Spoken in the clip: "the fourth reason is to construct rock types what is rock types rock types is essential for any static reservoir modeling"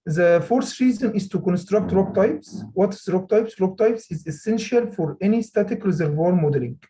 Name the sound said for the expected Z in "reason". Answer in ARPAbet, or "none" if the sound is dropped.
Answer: Z